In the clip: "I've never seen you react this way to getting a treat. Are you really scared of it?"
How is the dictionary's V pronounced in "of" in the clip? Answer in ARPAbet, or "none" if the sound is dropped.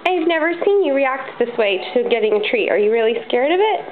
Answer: V